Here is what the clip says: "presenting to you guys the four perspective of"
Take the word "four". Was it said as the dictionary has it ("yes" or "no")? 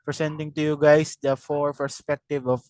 yes